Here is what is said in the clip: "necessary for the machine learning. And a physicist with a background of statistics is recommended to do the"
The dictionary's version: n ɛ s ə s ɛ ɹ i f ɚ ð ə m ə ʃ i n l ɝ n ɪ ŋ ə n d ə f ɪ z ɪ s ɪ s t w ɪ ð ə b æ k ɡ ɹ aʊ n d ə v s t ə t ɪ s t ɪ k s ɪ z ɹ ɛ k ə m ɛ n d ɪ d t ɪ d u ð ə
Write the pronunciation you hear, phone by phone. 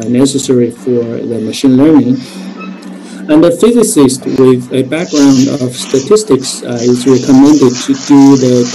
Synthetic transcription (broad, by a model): n ɛ s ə s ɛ ɹ i f ɚ ð ə m ə ʃ i n l ɝ n ɪ ŋ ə n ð ə f ɪ z ɪ s ɪ s t w ɪ ð ə b æ k ɡ ɹ aʊ n d ə v s t ə t ɪ s t ɪ k s ɪ z ɹ ɛ k ə m ɛ n d ɪ d t ɪ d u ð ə